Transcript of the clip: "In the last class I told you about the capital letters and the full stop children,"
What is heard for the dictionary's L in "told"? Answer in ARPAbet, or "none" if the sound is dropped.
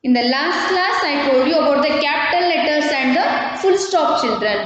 none